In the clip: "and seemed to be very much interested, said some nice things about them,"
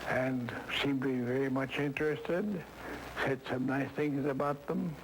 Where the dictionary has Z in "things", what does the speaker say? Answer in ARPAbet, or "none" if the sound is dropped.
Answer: Z